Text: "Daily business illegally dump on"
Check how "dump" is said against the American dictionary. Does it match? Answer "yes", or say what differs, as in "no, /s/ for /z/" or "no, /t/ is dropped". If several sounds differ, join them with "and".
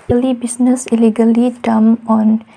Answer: no, /p/ is dropped